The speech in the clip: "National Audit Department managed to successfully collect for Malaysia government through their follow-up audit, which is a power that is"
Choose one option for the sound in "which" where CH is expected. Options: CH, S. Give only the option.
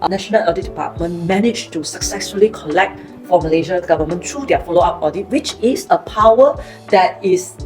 CH